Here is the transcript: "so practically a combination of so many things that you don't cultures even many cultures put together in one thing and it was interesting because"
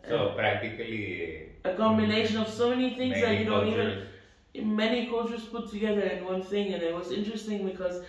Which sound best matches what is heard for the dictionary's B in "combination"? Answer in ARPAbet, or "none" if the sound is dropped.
none